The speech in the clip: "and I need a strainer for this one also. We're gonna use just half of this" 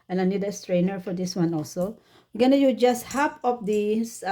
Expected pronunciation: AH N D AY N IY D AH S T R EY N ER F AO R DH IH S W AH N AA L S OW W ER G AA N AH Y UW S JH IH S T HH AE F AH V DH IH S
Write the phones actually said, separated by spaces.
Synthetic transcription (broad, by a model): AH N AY N IY D AH S T R EY N ER F AO R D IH S W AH N AA L S OW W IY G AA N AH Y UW JH IH S T HH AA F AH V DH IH S